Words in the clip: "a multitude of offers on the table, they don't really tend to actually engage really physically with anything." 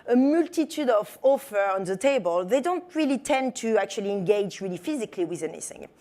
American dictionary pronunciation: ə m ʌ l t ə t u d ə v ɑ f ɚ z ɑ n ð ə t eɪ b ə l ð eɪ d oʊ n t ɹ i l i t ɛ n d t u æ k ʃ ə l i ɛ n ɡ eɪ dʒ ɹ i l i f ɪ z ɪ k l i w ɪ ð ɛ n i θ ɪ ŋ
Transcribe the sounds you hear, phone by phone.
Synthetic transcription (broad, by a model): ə m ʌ l t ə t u d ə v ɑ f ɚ ɑ n ð ə t eɪ b ə l ð eɪ d oʊ n t ɹ i l i t ɛ n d t u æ k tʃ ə l i ɛ n ɡ eɪ dʒ ɹ i l i f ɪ z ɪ k l i w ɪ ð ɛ n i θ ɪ ŋ